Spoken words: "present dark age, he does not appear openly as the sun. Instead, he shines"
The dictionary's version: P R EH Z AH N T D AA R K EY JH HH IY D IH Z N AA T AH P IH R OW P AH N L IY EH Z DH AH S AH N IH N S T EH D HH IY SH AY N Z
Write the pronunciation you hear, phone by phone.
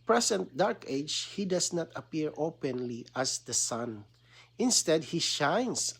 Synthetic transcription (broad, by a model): P R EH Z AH N T D AA R K EY JH HH IY D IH S N AA T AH P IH R OW P AH N L IY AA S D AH S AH N IH N S T EH D HH IY SH AY N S